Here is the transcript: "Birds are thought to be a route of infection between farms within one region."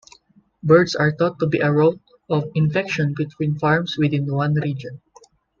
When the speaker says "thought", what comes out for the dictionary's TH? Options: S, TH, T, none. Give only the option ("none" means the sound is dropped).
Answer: T